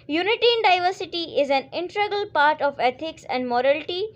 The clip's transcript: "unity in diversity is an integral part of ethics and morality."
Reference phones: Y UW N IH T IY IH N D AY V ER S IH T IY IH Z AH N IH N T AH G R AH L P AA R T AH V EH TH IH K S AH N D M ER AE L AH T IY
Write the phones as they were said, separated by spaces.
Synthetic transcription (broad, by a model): Y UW N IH T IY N D AY V ER S IH T IY IH Z AH N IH N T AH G AH L P AA R T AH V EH T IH K S AH N D M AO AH L T IY